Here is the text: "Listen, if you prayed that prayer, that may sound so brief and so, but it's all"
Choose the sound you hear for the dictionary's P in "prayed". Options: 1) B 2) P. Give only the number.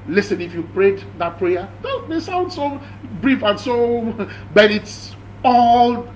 2